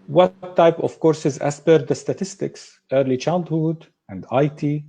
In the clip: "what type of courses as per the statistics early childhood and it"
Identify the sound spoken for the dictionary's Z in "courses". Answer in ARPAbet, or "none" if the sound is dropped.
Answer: Z